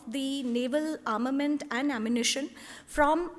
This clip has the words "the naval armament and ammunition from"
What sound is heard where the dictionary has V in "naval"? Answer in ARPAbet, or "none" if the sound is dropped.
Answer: V